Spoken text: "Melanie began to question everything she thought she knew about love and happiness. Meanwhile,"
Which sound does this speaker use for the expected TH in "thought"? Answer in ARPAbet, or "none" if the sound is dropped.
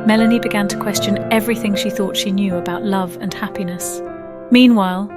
TH